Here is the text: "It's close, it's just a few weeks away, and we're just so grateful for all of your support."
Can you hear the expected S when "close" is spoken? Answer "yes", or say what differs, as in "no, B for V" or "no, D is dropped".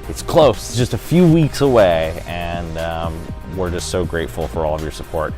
no, S is dropped